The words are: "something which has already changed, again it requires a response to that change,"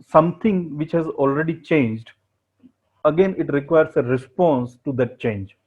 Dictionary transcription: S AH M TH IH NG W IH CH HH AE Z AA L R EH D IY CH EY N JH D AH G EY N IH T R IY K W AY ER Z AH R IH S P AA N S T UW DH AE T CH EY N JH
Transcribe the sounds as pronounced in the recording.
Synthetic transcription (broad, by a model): S AH M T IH NG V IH CH HH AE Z AA L R EH D IY CH EY N JH D AH G EY N IH T R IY K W AY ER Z AH R IH S P AA N S T UW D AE T CH EY N JH